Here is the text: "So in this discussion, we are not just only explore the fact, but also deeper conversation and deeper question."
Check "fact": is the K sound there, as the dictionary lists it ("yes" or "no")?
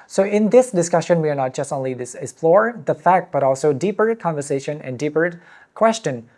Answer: yes